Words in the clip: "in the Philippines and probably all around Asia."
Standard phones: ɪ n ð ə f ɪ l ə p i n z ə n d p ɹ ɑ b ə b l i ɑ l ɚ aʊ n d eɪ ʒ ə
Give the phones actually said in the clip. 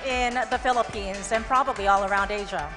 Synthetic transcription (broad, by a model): ɪ n ð ə f ɪ l ə p i n z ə n p ɹ ɑ b ə b l i ɑ l ɚ aʊ n d eɪ ʒ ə